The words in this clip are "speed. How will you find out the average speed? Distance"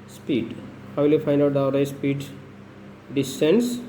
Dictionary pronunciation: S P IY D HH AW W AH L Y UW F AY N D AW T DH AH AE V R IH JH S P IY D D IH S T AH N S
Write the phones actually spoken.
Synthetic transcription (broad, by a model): S P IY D HH AW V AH L Y UW F AY N D AW T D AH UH R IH S P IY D D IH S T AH N S